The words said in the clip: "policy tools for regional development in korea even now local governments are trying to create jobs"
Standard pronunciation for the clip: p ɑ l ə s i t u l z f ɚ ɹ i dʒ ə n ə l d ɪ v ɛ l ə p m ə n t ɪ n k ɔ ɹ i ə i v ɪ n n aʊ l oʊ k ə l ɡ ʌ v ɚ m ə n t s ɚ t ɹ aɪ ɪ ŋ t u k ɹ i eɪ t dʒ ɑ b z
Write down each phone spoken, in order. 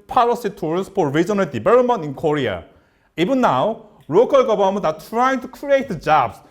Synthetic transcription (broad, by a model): p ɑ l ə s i t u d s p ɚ ɹ i dʒ ə n ə l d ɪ b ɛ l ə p m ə n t ɪ n k ɔ ɹ i ə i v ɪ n n aʊ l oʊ k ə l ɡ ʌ b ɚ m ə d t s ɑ t ɹ aɪ ɪ ŋ t u k ɹ i eɪ t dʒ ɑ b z